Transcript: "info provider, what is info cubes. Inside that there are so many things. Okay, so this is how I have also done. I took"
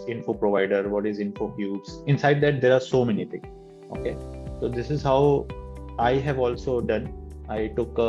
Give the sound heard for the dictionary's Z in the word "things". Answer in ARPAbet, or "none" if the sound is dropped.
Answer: none